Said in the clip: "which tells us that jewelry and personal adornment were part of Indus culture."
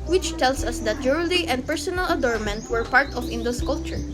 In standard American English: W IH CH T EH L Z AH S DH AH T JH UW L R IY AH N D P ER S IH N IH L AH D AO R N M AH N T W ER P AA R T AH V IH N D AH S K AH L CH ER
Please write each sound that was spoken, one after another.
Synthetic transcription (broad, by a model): W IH CH T EH L S AH S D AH T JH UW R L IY AH N D P ER S IH N IH L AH D AO R M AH N T W ER P AA R T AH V IH N D AH S K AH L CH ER